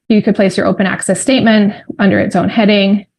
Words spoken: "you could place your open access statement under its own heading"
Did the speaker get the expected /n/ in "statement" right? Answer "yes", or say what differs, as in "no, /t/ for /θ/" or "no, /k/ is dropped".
yes